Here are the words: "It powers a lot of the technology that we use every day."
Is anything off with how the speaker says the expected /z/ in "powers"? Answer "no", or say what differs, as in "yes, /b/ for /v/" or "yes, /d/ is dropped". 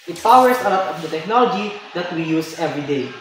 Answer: yes, /s/ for /z/